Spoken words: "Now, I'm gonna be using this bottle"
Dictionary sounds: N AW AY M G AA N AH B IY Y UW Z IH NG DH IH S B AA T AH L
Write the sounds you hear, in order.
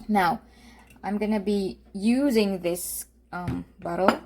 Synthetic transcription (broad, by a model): N AW AY M G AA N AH B IY Y UW Z IH NG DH IH S B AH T L